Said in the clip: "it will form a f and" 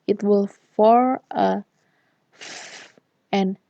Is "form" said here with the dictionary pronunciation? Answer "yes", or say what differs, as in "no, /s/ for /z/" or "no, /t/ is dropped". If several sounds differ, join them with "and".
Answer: no, /m/ is dropped